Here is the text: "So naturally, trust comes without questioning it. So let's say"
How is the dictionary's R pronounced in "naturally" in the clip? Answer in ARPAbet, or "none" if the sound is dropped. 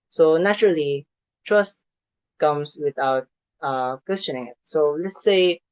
R